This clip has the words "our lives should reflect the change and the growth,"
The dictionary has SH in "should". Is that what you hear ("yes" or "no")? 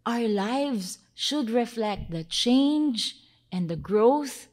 yes